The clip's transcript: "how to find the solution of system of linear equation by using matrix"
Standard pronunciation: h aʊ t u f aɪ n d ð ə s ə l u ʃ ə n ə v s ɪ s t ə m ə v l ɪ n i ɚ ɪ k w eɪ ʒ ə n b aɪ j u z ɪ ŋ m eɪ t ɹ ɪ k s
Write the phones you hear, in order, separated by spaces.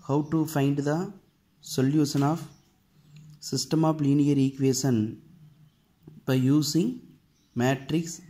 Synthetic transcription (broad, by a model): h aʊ t u f aɪ n d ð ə s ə l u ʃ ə n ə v s ɪ s t ə m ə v l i n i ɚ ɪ k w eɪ ʃ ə n b aɪ j u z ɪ ŋ m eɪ t ɹ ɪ k s